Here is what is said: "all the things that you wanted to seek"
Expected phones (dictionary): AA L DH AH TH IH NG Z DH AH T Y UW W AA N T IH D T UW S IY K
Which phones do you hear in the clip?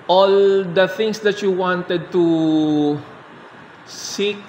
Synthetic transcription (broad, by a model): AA L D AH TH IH NG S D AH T Y UW W AA N T IH D T UW S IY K